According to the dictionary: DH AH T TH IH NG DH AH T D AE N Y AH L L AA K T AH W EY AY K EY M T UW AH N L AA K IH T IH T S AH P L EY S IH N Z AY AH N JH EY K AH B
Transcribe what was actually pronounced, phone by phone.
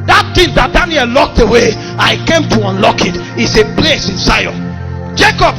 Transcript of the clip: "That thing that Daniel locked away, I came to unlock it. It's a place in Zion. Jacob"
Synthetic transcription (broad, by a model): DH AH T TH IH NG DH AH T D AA N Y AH L L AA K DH AH W EY AY K EY M T UW AH N L AA K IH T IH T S AH P L EY S IH N S AY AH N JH EY K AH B